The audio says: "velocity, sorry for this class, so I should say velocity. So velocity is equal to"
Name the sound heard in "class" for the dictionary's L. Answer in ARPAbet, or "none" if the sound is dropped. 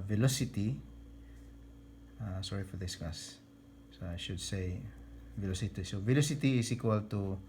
none